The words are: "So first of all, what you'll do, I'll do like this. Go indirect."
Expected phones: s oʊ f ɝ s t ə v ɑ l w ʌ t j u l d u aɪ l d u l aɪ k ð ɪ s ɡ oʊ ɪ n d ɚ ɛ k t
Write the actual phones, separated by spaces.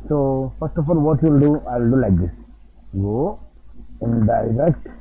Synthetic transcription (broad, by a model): s oʊ f ɝ s t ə f ɑ l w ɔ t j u l d u aɪ l d u l aɪ k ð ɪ s ɡ oʊ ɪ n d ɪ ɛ k t